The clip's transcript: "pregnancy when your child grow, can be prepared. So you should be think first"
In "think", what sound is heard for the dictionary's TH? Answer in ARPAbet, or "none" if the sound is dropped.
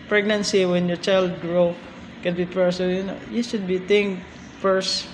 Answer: T